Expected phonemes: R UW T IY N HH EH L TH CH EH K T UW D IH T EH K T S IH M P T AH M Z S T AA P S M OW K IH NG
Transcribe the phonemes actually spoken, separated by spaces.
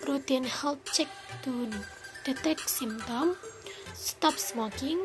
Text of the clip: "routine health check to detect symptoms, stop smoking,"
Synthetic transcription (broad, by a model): R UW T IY N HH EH L CH EH K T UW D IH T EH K S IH M T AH M S T AA P S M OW K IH NG